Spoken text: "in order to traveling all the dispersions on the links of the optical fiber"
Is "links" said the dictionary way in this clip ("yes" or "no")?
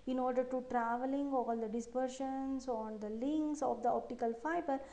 yes